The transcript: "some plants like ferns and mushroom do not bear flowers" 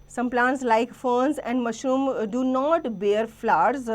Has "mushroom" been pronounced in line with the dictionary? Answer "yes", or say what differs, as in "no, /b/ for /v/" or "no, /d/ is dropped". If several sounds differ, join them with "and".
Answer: no, /ɹ/ is dropped